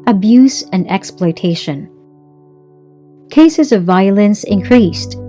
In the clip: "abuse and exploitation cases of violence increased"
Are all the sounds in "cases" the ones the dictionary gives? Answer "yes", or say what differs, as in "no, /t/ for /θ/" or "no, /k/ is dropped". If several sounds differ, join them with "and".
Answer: yes